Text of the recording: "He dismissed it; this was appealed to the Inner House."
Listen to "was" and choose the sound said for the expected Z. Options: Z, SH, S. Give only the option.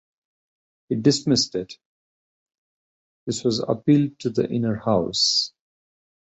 Z